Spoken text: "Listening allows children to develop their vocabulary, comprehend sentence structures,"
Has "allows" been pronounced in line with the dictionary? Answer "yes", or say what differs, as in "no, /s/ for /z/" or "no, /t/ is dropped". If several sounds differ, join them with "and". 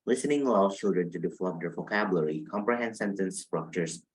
no, /z/ is dropped